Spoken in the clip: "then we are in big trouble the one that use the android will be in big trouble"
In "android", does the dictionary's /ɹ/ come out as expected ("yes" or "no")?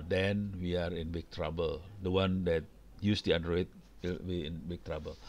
no